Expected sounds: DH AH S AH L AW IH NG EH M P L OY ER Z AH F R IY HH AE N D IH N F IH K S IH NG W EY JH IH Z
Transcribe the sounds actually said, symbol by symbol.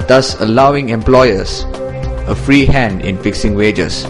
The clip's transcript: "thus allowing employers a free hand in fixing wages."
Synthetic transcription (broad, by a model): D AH S AH L AW IH NG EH M P L OY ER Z AH F R IY HH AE N D IH N F IH K S IH NG W EY JH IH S